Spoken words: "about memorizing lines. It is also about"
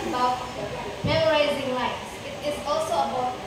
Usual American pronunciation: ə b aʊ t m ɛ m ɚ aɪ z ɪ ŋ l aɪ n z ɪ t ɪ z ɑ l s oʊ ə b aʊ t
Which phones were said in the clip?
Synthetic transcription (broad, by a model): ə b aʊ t m ɛ m ɚ aɪ z ɪ ŋ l aɪ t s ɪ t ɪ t ɑ l s oʊ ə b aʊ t